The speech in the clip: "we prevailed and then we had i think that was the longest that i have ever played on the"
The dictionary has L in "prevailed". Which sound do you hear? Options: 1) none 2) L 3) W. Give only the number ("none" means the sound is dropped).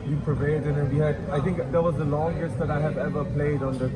1